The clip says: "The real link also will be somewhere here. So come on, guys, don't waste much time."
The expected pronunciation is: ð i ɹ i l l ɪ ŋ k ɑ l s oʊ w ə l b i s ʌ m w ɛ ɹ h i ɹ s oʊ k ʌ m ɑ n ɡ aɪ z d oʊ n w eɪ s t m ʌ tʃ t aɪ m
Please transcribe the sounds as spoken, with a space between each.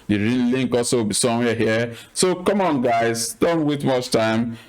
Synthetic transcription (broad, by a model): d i ɹ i n l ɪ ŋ k ɑ l s oʊ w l b i s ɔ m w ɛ h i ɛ s oʊ k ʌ m ɑ n ɡ aɪ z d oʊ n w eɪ t m ʌ tʃ t aɪ m